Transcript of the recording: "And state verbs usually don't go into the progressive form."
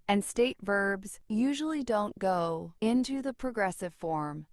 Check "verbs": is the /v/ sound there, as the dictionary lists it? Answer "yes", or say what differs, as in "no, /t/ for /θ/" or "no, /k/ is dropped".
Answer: yes